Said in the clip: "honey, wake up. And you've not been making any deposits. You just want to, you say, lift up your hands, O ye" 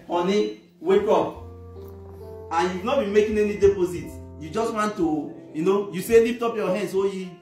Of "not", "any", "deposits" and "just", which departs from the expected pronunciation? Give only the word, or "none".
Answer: deposits